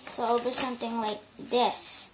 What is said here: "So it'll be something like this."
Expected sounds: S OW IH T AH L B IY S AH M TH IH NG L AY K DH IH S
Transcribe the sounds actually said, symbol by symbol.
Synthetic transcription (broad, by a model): S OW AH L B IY S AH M T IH NG L AY K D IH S